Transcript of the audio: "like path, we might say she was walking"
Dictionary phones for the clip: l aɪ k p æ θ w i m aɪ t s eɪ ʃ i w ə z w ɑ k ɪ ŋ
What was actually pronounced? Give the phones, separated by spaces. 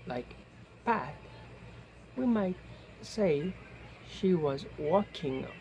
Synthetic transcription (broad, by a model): l aɪ k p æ t w i m aɪ t s eɪ ʃ i w ə z w ɑ k ɪ ŋ